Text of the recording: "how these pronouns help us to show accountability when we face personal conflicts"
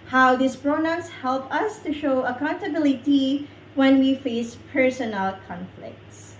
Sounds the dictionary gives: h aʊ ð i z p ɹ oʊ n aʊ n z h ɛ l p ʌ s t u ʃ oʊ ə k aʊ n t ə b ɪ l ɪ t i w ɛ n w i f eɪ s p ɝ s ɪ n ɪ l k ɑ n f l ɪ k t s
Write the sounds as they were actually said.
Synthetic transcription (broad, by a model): h aʊ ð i s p ɹ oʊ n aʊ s h ɛ l p ʌ s t u ʃ oʊ ə k aʊ n t ə b ɪ l ɪ t i w ɛ n w i f eɪ s p ɝ s ɪ n ɪ l k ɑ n f l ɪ k t s